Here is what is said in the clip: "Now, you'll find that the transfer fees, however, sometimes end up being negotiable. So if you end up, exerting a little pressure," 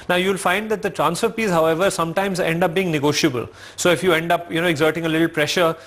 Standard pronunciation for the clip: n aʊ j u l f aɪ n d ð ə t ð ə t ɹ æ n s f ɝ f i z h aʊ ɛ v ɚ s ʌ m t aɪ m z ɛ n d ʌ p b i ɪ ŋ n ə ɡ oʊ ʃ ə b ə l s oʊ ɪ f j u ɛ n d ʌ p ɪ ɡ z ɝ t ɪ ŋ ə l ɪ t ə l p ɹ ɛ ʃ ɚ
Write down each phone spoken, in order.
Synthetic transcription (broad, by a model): n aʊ j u l f aɪ n d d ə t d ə t ɹ æ n s f ɝ p i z h aʊ ɛ v ɚ s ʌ m t aɪ m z ɛ n d ʌ p b i ɪ ŋ n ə ɡ oʊ ʃ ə b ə l s oʊ ɪ f j u ɛ n d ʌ p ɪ ɡ z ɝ t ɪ ŋ ə l ɪ t l p ɹ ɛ ʃ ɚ